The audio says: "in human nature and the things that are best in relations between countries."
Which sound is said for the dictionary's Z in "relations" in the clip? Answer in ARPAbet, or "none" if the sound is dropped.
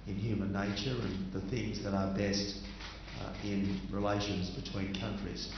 Z